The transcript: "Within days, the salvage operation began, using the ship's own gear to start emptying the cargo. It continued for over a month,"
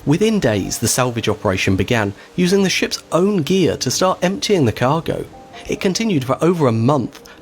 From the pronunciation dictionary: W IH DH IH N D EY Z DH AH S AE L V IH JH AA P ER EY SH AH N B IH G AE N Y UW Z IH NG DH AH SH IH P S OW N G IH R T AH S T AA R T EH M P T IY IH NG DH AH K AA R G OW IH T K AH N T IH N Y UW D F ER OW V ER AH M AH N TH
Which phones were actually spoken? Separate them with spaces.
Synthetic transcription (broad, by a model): W IH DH IH N D EY Z DH AH S AE L V IH JH AA P ER EY SH AH N B IH G AE N Y UW Z IH NG DH AH SH IH P S OW N G IH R T AH S T AA R T EH M P T IY IH NG DH AH K AA R G OW IH T K AH N T IH N Y UW D F ER OW V ER AH M AH N TH